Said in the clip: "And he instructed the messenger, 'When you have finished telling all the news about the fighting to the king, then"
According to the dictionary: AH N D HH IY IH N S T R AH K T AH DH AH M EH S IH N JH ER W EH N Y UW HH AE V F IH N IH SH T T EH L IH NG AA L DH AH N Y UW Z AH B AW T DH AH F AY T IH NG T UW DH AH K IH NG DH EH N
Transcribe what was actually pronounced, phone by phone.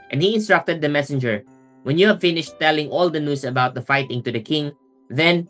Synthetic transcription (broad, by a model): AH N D HH IY IH N S T R AH K T AH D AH M EH S IH N JH ER W EH N Y UW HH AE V F IH N IH SH T T EH L IH NG AA L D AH N Y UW S AH B AW T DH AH F AY T IH NG T UW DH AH K IH NG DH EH N